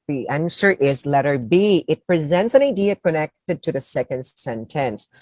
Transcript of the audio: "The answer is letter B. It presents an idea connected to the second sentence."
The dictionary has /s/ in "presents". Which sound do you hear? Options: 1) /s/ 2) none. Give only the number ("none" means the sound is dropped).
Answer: 1